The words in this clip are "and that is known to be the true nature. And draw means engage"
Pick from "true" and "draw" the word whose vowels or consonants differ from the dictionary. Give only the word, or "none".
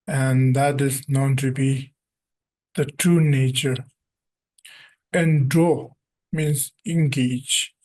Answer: draw